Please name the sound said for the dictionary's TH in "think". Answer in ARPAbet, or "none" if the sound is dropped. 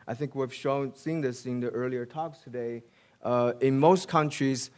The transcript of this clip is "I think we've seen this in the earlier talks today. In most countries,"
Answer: TH